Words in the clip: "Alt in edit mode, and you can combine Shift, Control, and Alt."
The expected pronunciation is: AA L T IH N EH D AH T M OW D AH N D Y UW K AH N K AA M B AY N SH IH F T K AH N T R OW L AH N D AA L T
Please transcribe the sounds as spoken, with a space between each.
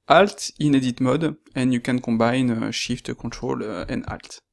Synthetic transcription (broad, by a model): AA L T IH N EH D AH T M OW D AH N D Y UW K AH N K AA B AY N SH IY F T K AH T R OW L AH N D AA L T